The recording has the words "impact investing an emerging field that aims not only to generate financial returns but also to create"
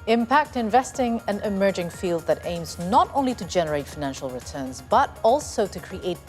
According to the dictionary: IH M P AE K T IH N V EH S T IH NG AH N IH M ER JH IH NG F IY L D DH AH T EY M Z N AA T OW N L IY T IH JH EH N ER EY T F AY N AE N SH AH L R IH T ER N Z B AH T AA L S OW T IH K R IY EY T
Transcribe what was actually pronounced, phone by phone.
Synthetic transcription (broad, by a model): IH M P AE K T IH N V EH S T IH NG AH N IH M ER JH IH NG F IY L D DH AH T EY M Z N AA T OW N L IY T IH JH EH N ER EY T F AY N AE N SH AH L R IH T ER N Z B AH T AA L S OW T IH K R IY EY T